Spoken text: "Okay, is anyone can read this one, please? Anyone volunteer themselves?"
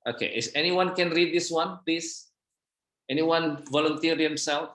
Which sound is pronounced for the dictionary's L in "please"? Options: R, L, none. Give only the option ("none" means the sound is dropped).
none